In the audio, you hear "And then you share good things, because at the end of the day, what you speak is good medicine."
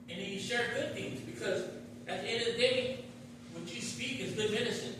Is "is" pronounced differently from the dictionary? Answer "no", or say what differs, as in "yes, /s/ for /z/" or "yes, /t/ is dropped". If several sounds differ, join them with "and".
no